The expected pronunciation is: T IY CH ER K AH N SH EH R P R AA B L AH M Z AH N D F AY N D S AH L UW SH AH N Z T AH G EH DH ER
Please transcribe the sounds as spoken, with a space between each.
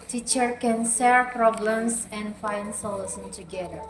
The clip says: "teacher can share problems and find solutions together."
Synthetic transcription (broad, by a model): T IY CH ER K AH N S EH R P R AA B L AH M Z AH N D F AY N D S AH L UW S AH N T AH G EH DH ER